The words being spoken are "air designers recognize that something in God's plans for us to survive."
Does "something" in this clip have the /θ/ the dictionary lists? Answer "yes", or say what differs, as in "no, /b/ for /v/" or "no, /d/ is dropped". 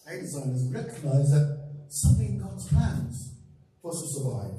yes